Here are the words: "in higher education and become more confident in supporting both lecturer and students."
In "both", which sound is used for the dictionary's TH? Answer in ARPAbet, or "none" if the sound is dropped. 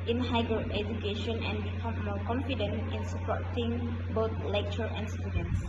T